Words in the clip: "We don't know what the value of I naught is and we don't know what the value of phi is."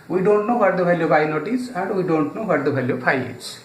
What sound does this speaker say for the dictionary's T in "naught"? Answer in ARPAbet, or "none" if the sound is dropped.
T